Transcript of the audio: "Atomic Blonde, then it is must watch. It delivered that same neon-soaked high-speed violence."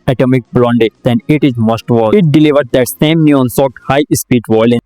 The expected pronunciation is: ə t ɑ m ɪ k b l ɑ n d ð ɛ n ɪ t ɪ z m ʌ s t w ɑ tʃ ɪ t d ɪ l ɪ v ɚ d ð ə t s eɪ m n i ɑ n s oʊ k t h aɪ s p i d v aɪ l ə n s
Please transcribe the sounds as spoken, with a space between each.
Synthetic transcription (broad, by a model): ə t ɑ m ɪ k b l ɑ n d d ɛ n ɪ t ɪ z m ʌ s t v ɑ ɪ t d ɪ l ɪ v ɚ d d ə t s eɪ m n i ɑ n s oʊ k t h aɪ s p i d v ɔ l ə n